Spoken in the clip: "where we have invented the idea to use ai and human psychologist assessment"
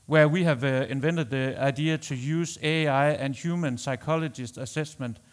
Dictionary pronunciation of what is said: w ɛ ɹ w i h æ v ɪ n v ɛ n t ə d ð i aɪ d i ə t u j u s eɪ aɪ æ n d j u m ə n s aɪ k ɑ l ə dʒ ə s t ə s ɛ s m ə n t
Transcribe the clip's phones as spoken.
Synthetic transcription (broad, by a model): w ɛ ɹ w i h æ v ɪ n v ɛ n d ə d ð i aɪ d i ə s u j u s eɪ aɪ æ n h j u m ə n s aɪ k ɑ l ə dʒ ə s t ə s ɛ s m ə n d